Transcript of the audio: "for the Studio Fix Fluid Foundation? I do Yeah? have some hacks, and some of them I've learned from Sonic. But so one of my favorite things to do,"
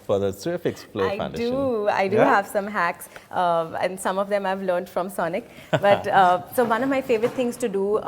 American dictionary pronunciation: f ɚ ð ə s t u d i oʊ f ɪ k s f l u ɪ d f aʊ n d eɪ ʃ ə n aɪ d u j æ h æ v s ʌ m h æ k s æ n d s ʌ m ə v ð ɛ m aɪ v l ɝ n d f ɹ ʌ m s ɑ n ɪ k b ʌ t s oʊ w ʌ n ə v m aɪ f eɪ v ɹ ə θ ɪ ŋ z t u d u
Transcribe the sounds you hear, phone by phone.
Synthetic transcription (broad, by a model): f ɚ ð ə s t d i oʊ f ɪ k s p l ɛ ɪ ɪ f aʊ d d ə aɪ d u h æ v s ʌ m h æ k s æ n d s ʌ m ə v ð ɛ m aɪ v l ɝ n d f ɹ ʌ m s ɑ n ɪ k b ʌ t s oʊ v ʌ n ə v m aɪ f eɪ v ɹ ə t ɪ ŋ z t u d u